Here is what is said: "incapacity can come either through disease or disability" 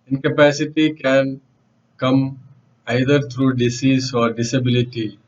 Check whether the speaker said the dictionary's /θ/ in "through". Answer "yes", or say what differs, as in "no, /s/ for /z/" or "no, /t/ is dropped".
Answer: no, /t/ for /θ/